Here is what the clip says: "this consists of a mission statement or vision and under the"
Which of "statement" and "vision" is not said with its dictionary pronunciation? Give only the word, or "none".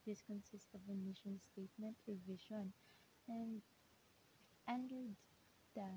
vision